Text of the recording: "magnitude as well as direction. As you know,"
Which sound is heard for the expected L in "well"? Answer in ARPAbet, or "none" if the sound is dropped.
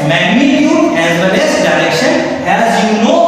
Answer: N